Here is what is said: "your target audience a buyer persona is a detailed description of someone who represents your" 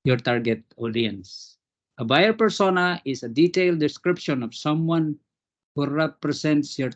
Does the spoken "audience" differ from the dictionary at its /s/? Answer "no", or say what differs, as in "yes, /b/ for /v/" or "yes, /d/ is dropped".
no